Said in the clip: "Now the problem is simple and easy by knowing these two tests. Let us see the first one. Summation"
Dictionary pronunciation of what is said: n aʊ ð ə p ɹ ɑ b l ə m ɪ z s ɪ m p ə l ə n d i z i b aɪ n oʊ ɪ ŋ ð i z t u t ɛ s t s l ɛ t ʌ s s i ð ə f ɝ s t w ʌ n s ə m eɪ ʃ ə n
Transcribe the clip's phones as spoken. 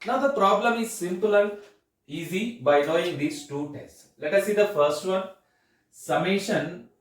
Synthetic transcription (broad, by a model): n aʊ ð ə p ɹ ɑ b l ə m ɪ z s ɪ m p ə l ə n d i z i b aɪ l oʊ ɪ ŋ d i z t u t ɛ s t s l ɛ t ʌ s s i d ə f ɝ s t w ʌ n s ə m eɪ ʃ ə n